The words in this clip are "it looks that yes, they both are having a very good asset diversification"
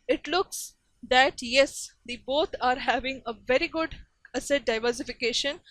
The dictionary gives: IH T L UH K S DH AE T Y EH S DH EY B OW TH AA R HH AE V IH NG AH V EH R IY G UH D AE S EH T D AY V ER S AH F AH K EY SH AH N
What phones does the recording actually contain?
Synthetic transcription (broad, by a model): IH T L UH K S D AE T Y EH S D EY B OW T AA R HH AE V IH NG AH V EH R IY G UH D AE S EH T D AY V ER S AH F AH K EY SH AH N